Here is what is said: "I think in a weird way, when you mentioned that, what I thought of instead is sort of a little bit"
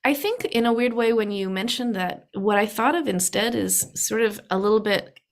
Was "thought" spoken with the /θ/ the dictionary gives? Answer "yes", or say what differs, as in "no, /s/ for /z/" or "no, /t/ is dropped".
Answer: yes